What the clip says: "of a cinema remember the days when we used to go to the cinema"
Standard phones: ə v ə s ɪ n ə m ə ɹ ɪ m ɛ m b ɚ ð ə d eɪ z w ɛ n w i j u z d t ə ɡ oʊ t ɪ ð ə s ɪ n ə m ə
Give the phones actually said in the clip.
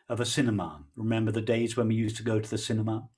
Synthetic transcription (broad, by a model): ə v ə s ɪ n ə m ə ɹ ɪ m ɛ m b ɚ ð ə d eɪ z w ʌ n w i j u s t ə ɡ oʊ t ɪ ð ə s ɪ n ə m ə